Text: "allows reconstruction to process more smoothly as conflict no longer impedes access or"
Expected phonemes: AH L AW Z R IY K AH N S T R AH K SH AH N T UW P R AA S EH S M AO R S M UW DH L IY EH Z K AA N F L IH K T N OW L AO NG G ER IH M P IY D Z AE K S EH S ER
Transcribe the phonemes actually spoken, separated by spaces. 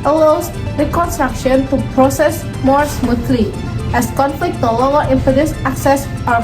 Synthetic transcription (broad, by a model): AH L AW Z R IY K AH N S T R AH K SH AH N T UW P R AA S EH S M AO R S M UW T L IY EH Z K AA N F L IH K T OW L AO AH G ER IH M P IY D S AE K S EH S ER